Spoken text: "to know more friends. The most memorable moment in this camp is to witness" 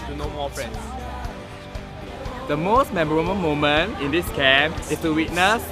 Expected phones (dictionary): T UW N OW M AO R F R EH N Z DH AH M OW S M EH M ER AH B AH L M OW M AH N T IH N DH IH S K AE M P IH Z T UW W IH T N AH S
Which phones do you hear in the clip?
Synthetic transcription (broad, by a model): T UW N OW M AO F R EH N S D AH M OW S M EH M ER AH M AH M OW M AH N T IH N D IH S K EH M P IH S T UW W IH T N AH S